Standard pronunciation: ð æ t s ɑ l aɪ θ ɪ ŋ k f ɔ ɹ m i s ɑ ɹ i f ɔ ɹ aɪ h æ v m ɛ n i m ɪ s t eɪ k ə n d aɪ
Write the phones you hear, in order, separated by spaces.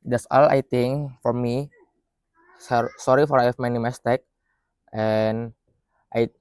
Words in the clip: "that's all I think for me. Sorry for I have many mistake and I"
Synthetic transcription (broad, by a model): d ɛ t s ɑ l aɪ t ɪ ŋ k f ɔ ɹ m i s ɑ ɹ i f ɔ ɹ aɪ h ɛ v m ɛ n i m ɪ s t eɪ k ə n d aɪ